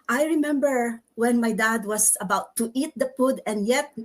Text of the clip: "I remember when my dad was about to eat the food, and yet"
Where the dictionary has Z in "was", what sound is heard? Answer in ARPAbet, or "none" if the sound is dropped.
S